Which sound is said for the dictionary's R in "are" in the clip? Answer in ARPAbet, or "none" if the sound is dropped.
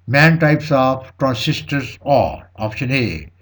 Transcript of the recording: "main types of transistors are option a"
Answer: L